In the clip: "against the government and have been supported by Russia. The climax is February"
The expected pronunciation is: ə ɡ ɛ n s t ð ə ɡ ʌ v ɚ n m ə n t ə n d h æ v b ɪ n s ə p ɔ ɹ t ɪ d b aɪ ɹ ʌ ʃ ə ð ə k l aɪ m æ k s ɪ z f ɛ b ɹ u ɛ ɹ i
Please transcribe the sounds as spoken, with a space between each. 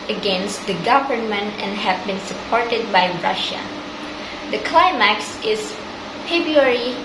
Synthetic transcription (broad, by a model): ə ɡ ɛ n s t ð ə ɡ ʌ v ɚ n m ə n t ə n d h æ v b ɪ n s ə p ɔ ɹ t ɪ d b aɪ ɹ ʌ ʃ ə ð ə k l aɪ m æ k s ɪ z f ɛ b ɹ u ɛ ɹ i